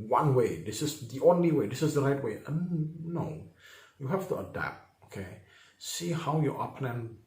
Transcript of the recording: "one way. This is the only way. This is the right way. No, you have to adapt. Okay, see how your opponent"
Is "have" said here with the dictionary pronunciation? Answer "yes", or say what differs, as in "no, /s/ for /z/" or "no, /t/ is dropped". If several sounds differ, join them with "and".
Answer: no, /f/ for /v/